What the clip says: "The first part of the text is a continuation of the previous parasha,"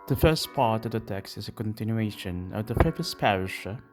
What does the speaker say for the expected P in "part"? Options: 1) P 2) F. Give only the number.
1